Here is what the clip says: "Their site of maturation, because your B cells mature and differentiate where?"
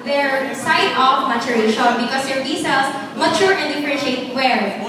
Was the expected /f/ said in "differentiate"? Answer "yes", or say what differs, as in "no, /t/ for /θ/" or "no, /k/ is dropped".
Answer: no, /p/ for /f/